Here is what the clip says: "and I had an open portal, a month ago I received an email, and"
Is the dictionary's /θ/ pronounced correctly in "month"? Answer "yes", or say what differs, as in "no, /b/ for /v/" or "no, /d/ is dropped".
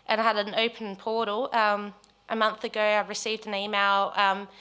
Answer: yes